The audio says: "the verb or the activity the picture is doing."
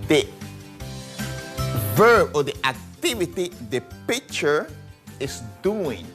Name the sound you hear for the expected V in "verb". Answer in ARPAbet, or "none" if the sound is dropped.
V